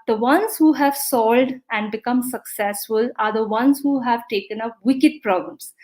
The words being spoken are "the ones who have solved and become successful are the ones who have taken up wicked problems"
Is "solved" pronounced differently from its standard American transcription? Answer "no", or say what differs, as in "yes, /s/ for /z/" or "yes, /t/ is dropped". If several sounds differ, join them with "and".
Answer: yes, /v/ is dropped